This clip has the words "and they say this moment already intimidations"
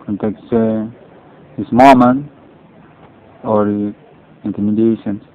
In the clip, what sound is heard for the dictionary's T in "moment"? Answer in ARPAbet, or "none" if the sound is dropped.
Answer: none